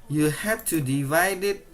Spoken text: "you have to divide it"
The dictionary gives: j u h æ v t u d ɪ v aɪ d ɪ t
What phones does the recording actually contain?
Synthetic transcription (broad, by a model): j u h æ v t u d ɪ v aɪ d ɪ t